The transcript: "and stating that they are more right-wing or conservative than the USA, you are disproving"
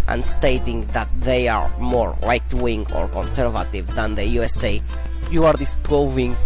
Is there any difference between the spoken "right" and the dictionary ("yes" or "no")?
yes